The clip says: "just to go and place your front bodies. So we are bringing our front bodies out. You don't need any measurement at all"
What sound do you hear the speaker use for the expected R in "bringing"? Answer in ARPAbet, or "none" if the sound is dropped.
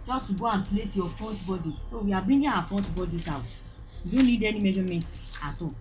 none